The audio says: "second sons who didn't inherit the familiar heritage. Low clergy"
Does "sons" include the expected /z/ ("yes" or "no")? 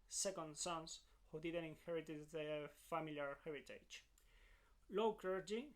no